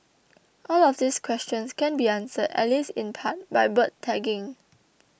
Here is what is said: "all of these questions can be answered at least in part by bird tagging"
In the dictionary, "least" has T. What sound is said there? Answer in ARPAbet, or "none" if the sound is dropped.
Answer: none